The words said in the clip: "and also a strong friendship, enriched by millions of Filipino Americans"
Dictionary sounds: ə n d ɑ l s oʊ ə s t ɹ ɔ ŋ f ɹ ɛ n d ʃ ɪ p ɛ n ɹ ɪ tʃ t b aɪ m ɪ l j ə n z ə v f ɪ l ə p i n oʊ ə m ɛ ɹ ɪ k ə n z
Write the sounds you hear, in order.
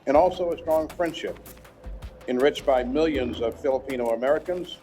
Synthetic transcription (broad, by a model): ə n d ɑ l s oʊ ə s t ɹ ɔ ŋ f ɹ ɛ n d ʃ ɪ p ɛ n ɹ ɪ tʃ b aɪ m ɪ l j ə n z ə v f ɪ l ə p i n oʊ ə m ɛ ɹ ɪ k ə n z